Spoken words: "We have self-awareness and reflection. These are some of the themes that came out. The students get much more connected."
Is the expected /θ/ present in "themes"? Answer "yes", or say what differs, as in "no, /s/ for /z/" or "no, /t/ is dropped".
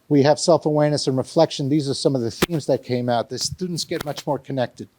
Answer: yes